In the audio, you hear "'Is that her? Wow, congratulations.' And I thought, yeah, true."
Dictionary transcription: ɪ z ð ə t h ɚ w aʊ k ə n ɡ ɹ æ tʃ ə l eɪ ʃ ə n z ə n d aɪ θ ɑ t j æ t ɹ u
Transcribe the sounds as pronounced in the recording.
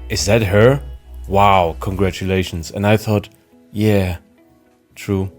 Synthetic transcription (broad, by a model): ɪ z ð ə t h ɚ w aʊ k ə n ɡ ɹ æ tʃ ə l eɪ ʃ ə n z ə n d aɪ θ ɑ t j æ t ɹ u